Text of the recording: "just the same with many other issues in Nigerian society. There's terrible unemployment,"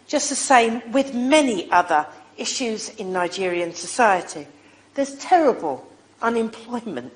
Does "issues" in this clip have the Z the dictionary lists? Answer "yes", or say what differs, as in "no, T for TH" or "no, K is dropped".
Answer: yes